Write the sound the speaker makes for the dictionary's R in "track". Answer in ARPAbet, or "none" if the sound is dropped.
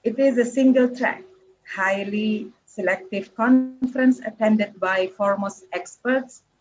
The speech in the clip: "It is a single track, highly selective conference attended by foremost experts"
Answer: R